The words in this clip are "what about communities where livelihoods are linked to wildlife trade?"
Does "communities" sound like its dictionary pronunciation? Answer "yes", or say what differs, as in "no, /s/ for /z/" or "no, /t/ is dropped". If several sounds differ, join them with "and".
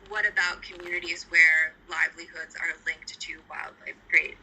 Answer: yes